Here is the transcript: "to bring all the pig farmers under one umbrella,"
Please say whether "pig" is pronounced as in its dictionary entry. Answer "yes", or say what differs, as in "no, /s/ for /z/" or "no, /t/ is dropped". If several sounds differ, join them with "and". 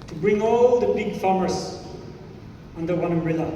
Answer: no, /b/ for /p/